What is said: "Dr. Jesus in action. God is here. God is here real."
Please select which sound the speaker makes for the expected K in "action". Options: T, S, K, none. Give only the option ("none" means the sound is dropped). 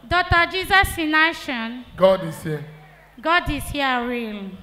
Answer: none